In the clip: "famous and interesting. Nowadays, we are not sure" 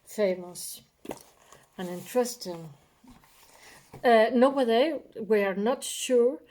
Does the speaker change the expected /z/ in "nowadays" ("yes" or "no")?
yes